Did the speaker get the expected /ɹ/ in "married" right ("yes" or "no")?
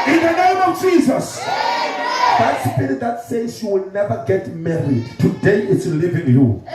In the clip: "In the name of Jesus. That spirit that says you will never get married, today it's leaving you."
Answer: yes